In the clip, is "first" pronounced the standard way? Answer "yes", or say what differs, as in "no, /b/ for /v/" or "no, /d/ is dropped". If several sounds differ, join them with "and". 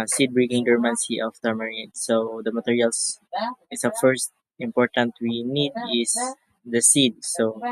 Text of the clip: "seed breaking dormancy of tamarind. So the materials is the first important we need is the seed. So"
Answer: yes